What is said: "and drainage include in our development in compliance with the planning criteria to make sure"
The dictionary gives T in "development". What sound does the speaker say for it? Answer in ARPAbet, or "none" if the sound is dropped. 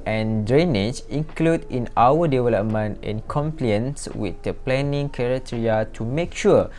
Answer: T